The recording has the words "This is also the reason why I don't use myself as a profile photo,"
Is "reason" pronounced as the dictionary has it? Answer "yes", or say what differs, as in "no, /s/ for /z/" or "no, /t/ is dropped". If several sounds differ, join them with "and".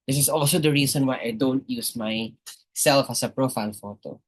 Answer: no, /s/ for /z/